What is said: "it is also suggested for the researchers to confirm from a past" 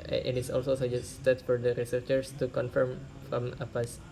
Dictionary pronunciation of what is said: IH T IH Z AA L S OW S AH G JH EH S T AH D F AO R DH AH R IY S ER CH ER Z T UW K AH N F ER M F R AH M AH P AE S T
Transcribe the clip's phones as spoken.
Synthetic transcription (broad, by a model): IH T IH S AA L S OW S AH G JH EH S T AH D F AO R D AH R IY S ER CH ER S T UW K AH N F ER M F R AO M AH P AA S